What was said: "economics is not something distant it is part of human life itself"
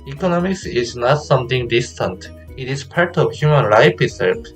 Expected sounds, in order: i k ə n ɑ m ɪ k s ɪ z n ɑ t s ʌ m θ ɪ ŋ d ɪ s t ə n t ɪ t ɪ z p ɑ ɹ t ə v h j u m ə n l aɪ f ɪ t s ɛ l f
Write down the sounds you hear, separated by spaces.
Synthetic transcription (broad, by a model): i k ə n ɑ m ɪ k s ɪ z n ɑ t s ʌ m t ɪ ŋ d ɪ s t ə n t ɪ t ɪ z p ɑ ɹ t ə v h j u m ə n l aɪ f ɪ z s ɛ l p